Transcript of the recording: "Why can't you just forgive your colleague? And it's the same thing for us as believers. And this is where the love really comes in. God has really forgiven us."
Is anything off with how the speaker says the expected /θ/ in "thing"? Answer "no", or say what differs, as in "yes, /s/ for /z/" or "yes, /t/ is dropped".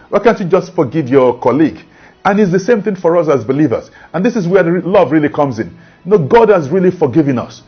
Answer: no